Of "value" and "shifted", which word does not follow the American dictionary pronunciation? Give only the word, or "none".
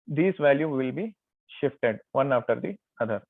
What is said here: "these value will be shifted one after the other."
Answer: none